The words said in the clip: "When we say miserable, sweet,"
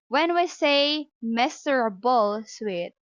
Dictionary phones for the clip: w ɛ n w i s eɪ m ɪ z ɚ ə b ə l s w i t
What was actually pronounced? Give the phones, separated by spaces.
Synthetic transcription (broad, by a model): w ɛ n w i s eɪ m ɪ s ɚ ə b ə l s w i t